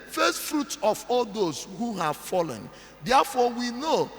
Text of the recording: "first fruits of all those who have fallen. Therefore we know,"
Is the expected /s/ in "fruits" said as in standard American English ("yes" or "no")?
no